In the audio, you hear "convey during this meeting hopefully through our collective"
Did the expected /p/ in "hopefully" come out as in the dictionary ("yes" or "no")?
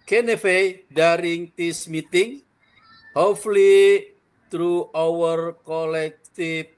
no